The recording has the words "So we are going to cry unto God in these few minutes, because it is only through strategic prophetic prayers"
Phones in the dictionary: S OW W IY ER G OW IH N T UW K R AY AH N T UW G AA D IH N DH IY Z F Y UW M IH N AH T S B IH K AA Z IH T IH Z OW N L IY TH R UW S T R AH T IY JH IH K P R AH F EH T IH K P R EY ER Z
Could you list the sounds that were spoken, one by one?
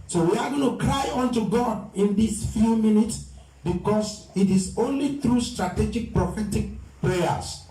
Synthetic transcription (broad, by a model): S OW W IY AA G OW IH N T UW K R AY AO N T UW G AA D IH N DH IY S F Y UW M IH N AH T S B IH K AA S IH T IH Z OW N L IY TH R UW S T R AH T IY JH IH K P R AH F EH T IH K P R EY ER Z